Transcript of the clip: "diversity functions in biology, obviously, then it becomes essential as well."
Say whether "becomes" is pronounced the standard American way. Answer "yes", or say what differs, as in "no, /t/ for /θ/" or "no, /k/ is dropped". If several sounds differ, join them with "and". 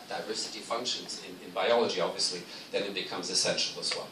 yes